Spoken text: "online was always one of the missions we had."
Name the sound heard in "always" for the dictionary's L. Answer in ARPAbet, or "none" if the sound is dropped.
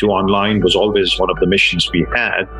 L